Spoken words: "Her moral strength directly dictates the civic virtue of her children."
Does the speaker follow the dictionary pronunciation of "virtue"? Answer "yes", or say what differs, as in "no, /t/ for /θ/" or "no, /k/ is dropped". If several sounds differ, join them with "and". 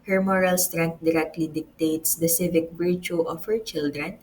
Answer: no, /b/ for /v/